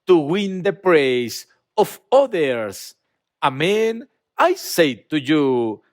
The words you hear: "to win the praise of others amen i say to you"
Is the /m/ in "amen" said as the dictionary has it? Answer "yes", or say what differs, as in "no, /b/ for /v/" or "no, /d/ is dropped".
yes